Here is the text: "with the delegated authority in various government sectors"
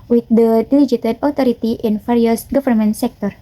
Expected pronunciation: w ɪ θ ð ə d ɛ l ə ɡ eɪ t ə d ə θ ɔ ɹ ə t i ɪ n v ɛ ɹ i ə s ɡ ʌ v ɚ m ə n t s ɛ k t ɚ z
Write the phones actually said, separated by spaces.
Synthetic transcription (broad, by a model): w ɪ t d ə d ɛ l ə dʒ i t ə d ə t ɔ ɹ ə t i ɪ n f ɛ ɹ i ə s ɡ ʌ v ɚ m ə n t s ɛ k t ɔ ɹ